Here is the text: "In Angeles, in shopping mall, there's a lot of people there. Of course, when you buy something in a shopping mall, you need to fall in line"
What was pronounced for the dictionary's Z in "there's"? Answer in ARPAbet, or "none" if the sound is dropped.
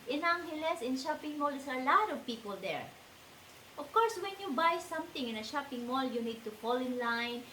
none